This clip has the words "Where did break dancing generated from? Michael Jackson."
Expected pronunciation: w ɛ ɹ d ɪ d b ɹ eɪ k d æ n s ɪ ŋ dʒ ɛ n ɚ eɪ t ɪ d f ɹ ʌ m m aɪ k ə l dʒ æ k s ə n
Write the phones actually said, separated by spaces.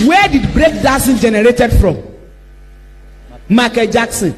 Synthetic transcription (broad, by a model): w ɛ d ɪ d b ɹ eɪ k d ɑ s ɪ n dʒ ɛ n ɚ eɪ t ɪ d f ɹ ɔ m m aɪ k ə dʒ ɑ k s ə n